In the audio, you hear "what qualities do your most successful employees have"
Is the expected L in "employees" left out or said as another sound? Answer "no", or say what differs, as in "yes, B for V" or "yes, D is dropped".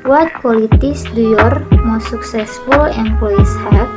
yes, L is dropped